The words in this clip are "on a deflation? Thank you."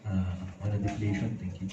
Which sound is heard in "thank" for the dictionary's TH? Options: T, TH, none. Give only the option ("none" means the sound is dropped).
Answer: T